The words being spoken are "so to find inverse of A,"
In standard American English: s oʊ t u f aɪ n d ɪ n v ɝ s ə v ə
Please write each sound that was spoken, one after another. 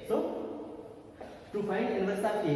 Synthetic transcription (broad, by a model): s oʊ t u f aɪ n ɪ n ɝ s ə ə